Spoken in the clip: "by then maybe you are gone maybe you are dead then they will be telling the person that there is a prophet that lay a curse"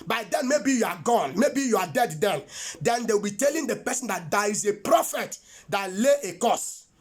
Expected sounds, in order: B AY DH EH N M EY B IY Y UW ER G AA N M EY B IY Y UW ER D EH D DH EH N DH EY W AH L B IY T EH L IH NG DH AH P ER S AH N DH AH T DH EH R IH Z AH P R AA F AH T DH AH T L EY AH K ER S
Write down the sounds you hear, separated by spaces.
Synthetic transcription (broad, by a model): B AY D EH N M EY B IY Y UW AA G AA N M EY B IY Y UW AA D EH D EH N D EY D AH W B IY T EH L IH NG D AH P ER S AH N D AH T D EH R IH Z AH P R AA F AH T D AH T L EY AH K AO S